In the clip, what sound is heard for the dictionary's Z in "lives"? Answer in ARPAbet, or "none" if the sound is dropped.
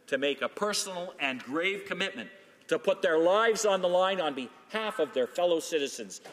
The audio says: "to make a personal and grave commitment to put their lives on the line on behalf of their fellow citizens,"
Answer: Z